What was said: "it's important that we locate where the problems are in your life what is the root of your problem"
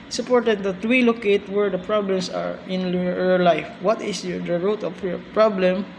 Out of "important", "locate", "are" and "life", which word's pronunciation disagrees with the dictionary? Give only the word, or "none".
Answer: important